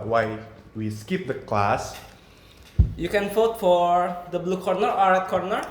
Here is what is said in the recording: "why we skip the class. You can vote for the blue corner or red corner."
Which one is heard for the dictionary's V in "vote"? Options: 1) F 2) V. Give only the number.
1